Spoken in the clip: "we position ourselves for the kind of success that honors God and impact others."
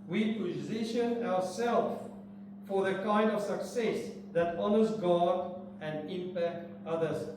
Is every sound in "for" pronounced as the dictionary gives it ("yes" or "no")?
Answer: yes